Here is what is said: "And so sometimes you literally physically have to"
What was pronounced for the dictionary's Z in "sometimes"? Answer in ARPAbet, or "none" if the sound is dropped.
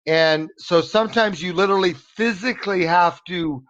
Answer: Z